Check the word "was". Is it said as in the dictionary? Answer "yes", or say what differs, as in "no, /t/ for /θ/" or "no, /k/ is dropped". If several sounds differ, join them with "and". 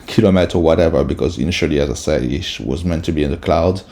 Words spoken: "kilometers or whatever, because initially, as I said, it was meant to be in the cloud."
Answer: yes